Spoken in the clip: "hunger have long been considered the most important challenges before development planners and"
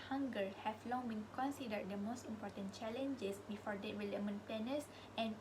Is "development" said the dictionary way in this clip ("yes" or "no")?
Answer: no